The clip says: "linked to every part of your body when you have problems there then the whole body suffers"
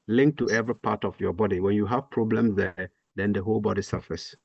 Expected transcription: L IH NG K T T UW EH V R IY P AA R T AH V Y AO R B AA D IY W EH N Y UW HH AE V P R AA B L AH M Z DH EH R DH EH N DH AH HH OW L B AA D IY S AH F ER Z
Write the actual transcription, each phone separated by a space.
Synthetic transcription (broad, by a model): L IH NG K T T UW EH V R IY P AA T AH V Y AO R B AA D IY W EH N Y UW HH AE V P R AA B L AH M S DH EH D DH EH N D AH HH OW L B AA D IY S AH F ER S